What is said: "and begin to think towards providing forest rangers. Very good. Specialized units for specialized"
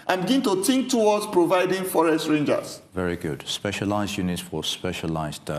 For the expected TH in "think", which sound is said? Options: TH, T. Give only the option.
T